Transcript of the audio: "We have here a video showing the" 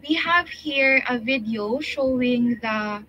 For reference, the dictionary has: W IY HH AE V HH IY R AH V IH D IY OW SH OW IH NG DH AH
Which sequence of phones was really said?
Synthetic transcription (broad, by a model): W IY HH AE V HH IY R AH V IH D IY OW SH OW IH NG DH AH